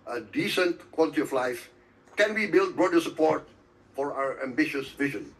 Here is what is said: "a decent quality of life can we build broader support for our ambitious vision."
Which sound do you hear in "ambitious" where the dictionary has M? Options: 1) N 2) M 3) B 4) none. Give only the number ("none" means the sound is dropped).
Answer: 2